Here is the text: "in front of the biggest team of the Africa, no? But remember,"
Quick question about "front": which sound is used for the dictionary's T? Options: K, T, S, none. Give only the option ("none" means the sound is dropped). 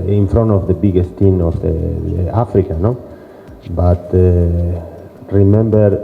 none